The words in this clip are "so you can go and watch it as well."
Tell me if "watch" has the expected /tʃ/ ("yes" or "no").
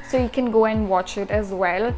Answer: yes